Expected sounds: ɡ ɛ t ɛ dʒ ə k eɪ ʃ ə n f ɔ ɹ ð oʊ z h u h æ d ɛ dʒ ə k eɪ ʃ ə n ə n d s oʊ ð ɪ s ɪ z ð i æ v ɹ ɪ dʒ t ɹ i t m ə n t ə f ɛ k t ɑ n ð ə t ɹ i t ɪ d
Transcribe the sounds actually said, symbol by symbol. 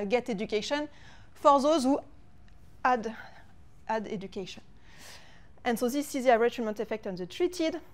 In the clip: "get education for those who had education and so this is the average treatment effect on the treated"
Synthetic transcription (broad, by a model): ɡ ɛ t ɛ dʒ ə k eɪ ʃ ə n f ɔ ɹ ð oʊ z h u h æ d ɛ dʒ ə k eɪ ʃ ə n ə n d s oʊ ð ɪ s ɪ z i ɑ ɹ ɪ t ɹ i m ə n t ə f ɛ k t ɑ n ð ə t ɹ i t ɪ d